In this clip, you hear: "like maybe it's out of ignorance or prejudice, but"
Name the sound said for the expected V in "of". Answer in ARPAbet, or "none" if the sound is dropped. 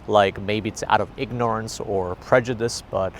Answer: V